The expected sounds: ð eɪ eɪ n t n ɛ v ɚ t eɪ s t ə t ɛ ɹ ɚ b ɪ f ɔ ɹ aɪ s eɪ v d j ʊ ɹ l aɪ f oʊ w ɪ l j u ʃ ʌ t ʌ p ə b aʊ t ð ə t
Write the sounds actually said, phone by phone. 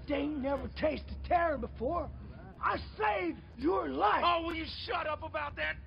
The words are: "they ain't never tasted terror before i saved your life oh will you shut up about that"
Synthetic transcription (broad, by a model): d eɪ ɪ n n ɛ v ɚ t eɪ s t ə t ɛ ɹ ɚ b ɪ f ɔ ɹ aɪ s eɪ v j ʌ ɹ l aɪ oʊ w ɪ l j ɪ ʃ ʌ t ʌ p ə b aʊ t ð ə t